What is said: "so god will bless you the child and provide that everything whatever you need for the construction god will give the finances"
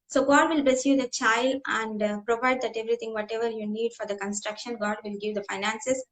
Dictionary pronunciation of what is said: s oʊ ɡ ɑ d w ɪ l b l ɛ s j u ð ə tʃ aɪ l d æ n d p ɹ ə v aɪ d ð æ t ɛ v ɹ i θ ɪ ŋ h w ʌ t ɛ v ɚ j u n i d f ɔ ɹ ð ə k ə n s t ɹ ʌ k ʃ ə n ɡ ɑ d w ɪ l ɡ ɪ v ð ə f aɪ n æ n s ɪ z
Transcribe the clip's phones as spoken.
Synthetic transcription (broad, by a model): s oʊ ɡ ɑ d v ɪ l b ɛ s j u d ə tʃ aɪ l d æ n d p ɹ ə v aɪ d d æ t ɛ v ɹ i t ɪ ŋ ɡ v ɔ t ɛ v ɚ j u n i d f ɔ ɹ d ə k ə n s t ɹ ʌ k ʃ ə n ɡ ɑ d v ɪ l ɡ ɪ v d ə f aɪ n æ n s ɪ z